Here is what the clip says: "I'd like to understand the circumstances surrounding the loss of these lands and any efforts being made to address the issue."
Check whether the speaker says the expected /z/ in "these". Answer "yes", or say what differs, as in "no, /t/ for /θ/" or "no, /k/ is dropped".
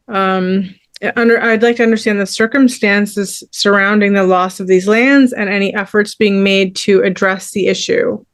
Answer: yes